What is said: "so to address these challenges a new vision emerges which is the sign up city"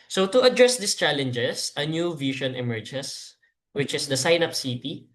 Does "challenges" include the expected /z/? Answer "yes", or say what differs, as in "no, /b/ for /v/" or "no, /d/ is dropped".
no, /s/ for /z/